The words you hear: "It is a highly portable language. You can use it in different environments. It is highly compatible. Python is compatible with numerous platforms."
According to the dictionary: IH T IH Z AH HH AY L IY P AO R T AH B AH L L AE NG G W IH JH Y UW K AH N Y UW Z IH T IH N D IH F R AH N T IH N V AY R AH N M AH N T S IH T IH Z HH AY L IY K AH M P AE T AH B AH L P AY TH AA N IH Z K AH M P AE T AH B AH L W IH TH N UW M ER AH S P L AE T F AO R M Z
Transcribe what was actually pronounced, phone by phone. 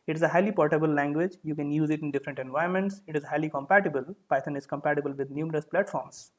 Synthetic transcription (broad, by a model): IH T IH Z AH HH AY L IY P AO R T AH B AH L L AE NG G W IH JH Y UW K AH N Y UW Z IH T IH N D IH F R AH N T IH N V AY AH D M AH N T S IH T IH Z HH AY L IY K AH M P AE T AH B AH L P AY T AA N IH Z K AH M P AE T AH B AH L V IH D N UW M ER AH S P L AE T F AO R M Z